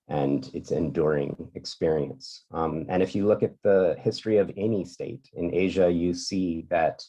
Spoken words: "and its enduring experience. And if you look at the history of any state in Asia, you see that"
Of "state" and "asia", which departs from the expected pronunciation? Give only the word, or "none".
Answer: none